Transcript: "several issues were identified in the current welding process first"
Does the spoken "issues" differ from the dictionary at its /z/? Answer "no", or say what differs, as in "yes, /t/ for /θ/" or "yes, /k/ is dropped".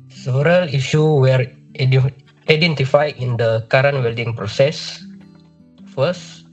yes, /z/ is dropped